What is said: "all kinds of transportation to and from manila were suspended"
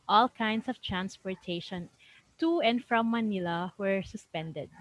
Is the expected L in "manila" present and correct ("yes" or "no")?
yes